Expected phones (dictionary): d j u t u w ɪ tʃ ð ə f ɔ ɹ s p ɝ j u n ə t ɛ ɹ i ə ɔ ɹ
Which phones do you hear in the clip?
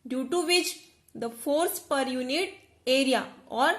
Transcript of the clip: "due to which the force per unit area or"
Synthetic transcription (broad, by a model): d j u t u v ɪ tʃ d ə f ɔ ɹ s p ɝ j u n ə t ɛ ɹ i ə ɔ ɹ